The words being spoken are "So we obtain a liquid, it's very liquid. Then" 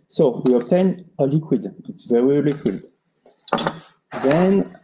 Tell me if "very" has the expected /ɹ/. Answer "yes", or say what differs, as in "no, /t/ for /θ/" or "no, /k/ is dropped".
yes